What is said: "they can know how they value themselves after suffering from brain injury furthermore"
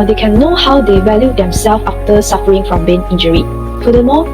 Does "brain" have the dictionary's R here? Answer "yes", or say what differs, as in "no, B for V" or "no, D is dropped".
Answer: no, R is dropped